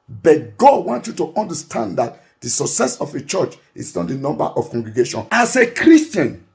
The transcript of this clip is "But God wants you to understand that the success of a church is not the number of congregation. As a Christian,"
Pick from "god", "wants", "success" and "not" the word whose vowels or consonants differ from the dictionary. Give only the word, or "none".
wants